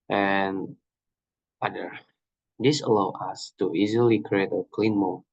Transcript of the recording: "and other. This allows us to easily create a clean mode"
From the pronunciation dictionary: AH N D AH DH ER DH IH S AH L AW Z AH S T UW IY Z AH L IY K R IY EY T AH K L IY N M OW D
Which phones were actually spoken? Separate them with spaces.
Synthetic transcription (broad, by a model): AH N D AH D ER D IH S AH L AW AH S T UW IY Z AH L IY K R IY EY T AH K L IY N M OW